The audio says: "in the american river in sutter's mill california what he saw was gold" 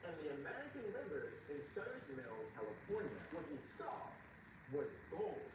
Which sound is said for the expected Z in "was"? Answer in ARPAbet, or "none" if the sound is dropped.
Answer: Z